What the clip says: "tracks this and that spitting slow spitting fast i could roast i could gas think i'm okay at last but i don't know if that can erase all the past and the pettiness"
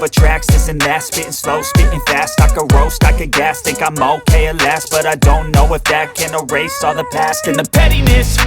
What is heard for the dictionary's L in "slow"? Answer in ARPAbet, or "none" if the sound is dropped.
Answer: L